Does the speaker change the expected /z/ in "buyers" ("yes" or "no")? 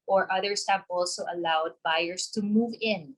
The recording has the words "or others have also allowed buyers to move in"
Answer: yes